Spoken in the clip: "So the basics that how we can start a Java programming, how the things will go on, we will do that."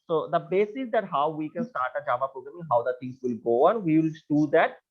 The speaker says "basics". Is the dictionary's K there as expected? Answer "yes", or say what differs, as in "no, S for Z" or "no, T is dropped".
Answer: no, K is dropped